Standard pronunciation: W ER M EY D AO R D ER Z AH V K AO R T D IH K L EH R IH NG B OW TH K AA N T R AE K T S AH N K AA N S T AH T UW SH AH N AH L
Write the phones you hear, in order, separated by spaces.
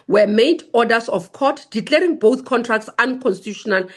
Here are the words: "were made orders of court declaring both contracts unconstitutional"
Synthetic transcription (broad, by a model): W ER M EY D AO D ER S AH F K AO T D IH K L EH R IH NG B OW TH K AA N T R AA K T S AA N K AA N S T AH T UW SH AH N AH L